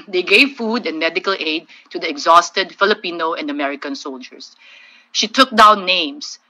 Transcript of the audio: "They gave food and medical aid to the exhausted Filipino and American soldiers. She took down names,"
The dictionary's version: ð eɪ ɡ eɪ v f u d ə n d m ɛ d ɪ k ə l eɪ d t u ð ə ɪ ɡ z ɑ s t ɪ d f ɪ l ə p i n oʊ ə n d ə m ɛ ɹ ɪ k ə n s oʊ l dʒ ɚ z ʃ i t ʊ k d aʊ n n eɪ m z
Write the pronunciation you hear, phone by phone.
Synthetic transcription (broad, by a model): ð eɪ ɡ eɪ v f u d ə n m ɛ d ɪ k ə l eɪ d t u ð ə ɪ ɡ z ɑ s t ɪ d f ɪ l ə p i n oʊ ə n d ə m ɛ ɹ ɪ k ə n s oʊ l dʒ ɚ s ʃ i t ʊ k d aʊ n n eɪ m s